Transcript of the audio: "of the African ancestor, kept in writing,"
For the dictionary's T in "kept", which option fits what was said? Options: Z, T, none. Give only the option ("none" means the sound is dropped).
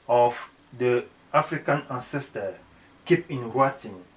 none